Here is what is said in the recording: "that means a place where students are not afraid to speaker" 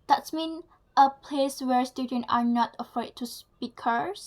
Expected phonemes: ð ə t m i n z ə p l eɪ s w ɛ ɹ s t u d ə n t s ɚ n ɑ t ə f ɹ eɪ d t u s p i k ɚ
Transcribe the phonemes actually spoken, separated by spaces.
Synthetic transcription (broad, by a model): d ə t m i n ə p l eɪ s w ɛ ɹ s t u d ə n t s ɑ n ɑ t ə f ɹ eɪ d t u s p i k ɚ